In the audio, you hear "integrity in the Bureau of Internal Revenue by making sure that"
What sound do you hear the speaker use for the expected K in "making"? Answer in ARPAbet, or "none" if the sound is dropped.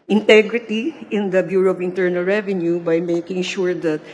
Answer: K